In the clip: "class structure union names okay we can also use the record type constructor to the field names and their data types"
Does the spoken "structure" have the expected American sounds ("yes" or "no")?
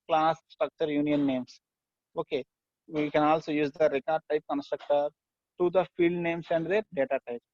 yes